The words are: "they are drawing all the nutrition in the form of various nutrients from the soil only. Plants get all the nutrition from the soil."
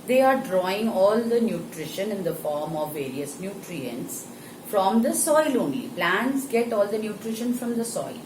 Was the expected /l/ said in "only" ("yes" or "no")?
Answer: no